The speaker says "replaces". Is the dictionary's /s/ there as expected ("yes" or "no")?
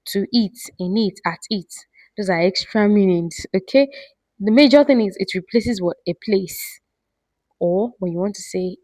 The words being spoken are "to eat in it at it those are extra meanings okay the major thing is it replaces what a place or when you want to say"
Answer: yes